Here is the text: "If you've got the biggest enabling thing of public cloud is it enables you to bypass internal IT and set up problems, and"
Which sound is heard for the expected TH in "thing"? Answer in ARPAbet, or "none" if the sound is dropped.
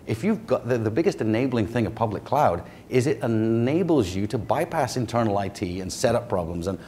TH